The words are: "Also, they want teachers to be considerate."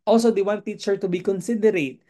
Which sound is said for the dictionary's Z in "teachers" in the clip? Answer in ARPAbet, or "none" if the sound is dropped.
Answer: none